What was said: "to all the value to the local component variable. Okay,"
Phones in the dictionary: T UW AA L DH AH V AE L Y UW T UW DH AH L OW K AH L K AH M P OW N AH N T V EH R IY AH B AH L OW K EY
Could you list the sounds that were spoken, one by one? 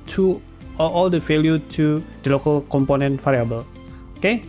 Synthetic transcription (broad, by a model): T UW AA L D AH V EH L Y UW T UW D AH L OW K AH L K AH M P OW N AH N T F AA R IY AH B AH L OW K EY